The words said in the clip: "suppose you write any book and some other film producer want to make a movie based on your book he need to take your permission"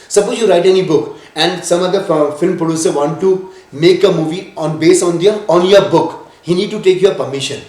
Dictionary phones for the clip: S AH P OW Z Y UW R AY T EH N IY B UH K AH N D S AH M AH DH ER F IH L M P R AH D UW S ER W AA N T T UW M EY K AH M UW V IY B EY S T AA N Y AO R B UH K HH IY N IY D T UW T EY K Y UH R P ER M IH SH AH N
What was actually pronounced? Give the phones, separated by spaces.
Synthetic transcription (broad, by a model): S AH P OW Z Y UW R AY T EH N IY B UH K AH N D S AH M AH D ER F IH L M P R AH D UW S ER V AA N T T UW M EY K AH M UW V IY B EY S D AA N Y AO R B UH K HH IY N IY D T UW T EY K Y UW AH P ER M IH SH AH N